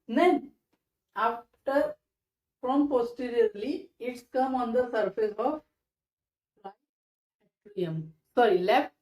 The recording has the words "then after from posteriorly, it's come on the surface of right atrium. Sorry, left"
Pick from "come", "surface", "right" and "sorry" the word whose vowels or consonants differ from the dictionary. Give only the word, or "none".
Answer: right